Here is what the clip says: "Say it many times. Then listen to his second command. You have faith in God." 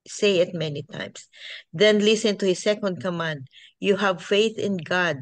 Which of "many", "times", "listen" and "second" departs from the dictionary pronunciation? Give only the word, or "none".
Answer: times